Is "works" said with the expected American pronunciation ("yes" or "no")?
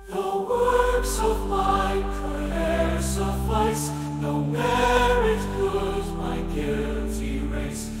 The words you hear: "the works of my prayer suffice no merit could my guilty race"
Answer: yes